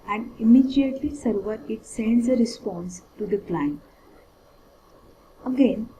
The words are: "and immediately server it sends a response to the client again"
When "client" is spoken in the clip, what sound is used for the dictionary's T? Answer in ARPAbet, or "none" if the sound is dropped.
none